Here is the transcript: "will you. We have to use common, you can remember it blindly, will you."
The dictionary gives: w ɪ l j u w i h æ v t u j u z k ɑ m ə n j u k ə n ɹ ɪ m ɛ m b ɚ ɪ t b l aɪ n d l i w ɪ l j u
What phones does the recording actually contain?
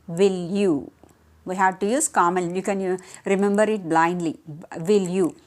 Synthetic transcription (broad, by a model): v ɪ l j u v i h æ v t u j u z k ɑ m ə l j u k ə n ɹ ɪ m ɛ m b ɚ ɪ t b l aɪ n d l i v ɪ l j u